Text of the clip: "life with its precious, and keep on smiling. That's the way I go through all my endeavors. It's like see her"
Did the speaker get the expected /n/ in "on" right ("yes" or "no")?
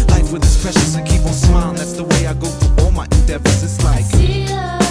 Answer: no